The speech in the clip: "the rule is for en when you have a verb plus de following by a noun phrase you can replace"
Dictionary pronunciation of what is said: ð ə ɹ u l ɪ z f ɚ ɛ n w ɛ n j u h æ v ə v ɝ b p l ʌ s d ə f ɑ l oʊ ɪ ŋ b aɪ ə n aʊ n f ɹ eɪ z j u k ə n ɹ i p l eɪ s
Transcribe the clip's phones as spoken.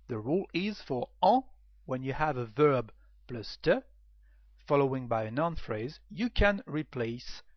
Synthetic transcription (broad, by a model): ð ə ɹ u l ɪ z f ɚ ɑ w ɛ n j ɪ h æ v ə v ɝ b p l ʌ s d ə f ɑ l oʊ ɪ ŋ b aɪ ə n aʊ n f ɹ eɪ z j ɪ k ə n ɹ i p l eɪ s